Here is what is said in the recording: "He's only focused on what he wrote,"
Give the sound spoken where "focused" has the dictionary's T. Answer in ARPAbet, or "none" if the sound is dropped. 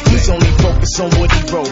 none